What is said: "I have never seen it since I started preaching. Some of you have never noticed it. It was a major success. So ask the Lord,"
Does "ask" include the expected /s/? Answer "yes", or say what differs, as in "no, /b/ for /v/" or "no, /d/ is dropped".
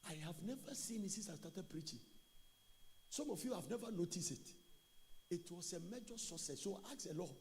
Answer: no, /s/ is dropped